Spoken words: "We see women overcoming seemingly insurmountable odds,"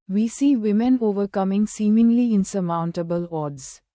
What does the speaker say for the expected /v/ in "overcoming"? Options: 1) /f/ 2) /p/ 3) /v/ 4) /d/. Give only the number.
3